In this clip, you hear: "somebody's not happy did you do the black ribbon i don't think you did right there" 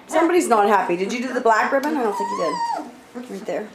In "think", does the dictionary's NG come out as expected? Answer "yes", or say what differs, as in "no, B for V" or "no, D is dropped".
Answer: no, NG is dropped